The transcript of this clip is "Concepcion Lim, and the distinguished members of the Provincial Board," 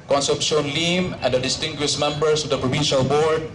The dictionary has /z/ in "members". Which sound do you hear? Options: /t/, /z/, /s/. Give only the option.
/s/